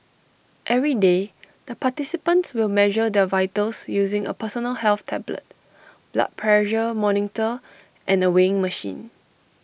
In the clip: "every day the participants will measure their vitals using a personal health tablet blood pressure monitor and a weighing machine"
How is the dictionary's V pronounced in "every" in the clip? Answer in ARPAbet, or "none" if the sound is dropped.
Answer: V